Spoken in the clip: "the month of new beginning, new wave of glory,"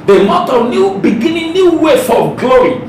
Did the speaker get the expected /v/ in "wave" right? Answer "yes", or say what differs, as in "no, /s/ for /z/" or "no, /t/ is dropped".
no, /f/ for /v/